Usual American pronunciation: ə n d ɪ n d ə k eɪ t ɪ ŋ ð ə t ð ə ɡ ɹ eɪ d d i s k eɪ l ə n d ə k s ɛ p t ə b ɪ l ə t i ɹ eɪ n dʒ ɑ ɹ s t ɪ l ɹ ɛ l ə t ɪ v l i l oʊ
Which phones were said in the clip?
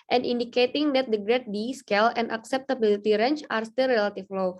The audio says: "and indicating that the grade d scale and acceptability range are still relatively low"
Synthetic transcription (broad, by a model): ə n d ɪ n d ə k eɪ t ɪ ŋ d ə t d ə ɡ ɹ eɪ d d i s k eɪ l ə n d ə k s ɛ p t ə b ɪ l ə t i ɹ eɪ n tʃ ɑ ɹ s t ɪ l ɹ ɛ l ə t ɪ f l l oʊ